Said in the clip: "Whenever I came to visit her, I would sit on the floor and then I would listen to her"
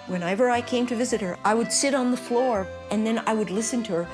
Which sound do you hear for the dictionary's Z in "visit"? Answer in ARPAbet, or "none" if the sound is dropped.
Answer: Z